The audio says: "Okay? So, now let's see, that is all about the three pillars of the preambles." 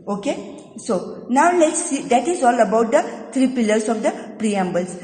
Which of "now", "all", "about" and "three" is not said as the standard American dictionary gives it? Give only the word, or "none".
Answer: three